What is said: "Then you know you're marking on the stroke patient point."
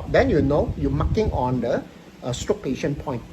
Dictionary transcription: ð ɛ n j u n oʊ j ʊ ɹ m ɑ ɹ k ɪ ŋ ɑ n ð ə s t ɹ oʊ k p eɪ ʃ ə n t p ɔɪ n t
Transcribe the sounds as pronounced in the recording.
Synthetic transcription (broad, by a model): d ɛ n j u n oʊ j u m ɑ k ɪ ŋ ɑ n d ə s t oʊ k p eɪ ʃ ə n p ɔɪ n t